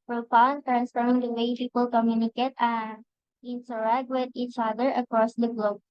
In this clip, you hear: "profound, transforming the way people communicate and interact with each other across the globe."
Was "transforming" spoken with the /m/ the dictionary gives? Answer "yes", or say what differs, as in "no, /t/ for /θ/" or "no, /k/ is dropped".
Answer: no, /m/ is dropped